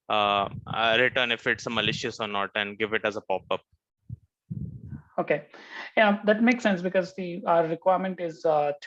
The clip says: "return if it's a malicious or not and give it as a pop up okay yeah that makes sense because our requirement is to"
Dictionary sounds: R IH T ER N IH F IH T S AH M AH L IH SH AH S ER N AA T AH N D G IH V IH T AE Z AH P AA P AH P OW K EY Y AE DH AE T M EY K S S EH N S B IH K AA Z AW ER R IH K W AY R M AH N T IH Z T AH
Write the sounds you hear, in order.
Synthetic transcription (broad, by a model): R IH T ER N IH F IH T S AH M AH L IH SH AH S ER N AA T AH N D G IH V IH T AE Z AH P AA P AH P OW K EY Y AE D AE T M EY K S S EH N S B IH K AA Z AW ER R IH K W AY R M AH N T IH Z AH